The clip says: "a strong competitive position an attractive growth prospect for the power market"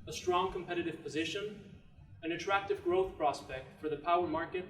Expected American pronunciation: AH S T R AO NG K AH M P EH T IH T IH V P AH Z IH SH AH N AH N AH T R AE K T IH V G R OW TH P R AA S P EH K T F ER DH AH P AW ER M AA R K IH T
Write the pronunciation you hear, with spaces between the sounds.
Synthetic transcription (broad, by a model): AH S T R AO NG K AH M P EH T IH T IH V P AH Z IH SH AH N AH N AH T R AE K T IH V G R OW TH P R AA S P EH K T F ER DH AH P AW ER M AA R K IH T